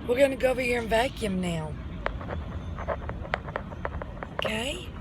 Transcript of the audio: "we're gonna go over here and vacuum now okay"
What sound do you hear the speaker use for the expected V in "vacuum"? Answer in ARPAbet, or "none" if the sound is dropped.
V